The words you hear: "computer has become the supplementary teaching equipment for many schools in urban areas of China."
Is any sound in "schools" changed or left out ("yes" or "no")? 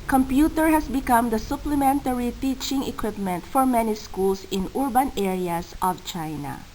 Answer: yes